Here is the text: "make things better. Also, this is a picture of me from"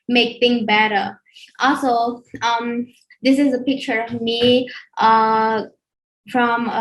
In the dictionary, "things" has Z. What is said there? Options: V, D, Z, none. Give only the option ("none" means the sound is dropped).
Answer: none